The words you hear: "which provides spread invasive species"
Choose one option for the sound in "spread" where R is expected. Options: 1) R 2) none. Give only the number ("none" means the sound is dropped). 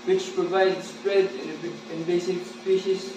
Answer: 1